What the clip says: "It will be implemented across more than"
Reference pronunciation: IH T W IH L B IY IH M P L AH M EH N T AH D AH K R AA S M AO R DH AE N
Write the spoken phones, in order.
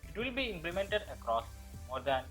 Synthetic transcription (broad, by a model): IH T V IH L B IY IH M P L AH M EH N T AH D AH K R AA S M AO R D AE N